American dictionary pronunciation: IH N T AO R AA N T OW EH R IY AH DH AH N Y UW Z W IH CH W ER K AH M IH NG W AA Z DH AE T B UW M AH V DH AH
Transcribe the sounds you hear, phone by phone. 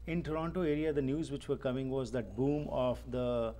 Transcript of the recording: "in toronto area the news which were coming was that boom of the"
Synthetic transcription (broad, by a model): IH N T AO R AA N T OW EH R IY AH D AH N Y UW Z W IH CH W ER K AH M IH NG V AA Z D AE T B UW M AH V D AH